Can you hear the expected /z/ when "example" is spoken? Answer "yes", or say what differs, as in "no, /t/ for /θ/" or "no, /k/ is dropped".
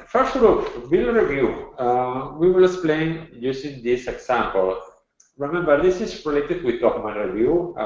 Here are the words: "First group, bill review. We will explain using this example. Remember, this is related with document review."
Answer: no, /s/ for /z/